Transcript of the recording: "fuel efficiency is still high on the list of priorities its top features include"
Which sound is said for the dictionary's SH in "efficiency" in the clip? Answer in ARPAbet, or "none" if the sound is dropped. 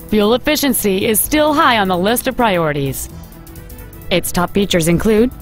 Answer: SH